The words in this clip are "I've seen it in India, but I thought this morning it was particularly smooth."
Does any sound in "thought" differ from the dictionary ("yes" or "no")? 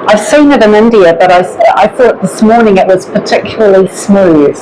no